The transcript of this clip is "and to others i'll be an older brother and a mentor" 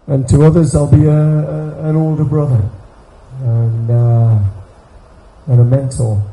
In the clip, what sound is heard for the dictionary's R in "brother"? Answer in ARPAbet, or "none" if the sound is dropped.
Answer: R